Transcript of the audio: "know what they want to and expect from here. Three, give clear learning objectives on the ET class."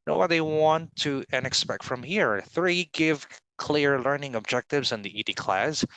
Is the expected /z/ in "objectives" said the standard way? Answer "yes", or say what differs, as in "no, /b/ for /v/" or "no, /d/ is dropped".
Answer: yes